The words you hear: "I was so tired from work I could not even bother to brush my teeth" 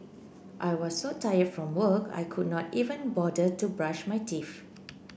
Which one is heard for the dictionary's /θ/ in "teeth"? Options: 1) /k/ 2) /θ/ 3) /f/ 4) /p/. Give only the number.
3